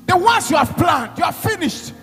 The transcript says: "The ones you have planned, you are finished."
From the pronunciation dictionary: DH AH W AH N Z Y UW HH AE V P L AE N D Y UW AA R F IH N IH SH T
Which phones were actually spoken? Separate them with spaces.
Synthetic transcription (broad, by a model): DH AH W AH N S Y UW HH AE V P L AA N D Y UW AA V F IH N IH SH T